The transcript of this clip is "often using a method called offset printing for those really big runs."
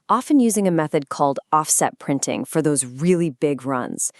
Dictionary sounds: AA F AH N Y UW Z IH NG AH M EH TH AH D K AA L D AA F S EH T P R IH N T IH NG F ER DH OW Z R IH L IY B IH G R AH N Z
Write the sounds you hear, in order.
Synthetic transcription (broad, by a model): AA F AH N Y UW Z IH NG AH M EH TH AH D K AA L D AA F S EH T P R IH N T IH NG F ER DH OW Z R IH L IY B IH G R AH N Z